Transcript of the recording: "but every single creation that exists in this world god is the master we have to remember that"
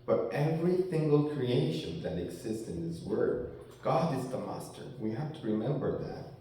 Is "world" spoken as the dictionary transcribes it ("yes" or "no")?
no